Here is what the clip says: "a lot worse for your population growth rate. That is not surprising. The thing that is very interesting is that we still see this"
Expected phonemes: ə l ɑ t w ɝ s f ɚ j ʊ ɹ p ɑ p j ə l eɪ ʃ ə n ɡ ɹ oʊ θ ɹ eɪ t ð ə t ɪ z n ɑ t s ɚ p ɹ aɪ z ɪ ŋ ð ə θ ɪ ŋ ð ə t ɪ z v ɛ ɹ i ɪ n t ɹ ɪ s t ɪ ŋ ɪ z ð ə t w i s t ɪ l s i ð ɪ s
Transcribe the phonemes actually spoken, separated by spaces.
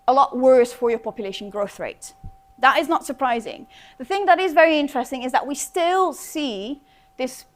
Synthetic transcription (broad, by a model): ə l ɑ t w ɝ s f ɚ j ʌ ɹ p ɑ p j ə l eɪ ʃ ə n ɡ ɹ oʊ θ ɹ eɪ t ð ə t ɪ z n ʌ t s ɚ p ɹ aɪ z ɪ ŋ ð ə θ ɪ ŋ ð ə t ɪ z v ɛ ɹ i ɪ n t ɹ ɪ s t ɪ ŋ ɪ z ð ə t w i s t ɪ l s i ð ɪ s